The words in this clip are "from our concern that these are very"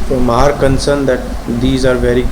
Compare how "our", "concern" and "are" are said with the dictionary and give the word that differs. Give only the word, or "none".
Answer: none